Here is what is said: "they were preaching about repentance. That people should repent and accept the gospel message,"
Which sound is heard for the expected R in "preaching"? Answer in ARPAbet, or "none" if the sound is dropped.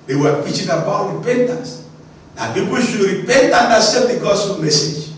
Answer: none